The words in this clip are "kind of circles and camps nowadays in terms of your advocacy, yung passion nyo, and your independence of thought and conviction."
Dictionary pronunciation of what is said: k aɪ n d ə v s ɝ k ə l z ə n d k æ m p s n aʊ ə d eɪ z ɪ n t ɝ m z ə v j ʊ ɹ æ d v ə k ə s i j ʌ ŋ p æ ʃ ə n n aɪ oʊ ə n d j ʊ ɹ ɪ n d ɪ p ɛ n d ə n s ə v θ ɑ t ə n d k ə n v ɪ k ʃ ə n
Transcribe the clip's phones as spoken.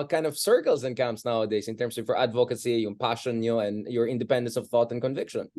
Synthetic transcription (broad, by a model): k aɪ n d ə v s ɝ k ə l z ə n k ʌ m s n aʊ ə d eɪ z ɪ n t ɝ m s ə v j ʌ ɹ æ d v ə k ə s i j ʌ p æ ʃ ə n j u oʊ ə n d j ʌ ɹ ɪ n d ɪ p ɛ n d ə n s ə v θ ɑ t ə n k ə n v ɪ k ʃ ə n